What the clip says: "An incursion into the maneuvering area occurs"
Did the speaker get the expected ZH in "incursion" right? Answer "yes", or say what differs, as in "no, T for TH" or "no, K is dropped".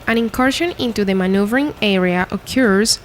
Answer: no, SH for ZH